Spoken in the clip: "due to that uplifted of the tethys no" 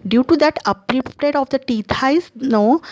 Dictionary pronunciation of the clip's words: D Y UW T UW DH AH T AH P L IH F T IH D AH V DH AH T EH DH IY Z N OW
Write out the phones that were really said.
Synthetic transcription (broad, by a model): D Y UW T UW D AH T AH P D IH P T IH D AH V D AH T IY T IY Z N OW